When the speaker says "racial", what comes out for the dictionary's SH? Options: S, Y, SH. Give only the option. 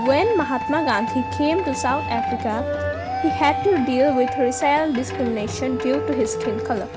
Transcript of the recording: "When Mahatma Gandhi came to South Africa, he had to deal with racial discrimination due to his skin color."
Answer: S